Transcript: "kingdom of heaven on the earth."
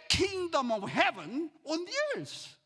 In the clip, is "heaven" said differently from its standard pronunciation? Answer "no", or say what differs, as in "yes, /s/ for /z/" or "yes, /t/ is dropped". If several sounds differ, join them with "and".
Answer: no